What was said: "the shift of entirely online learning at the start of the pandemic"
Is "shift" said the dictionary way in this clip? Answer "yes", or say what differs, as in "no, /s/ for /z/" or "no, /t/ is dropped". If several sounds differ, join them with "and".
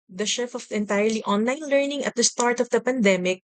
no, /t/ is dropped